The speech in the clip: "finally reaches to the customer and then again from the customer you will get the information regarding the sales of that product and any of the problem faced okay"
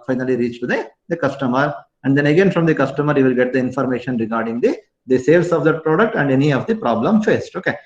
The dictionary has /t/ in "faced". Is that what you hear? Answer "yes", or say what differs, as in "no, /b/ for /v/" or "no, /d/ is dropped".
yes